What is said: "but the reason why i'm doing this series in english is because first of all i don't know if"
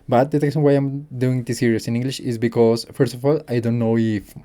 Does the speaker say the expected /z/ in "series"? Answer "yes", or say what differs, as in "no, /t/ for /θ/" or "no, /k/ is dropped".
no, /s/ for /z/